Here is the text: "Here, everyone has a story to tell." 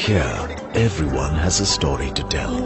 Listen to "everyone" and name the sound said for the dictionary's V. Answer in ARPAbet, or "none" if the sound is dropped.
V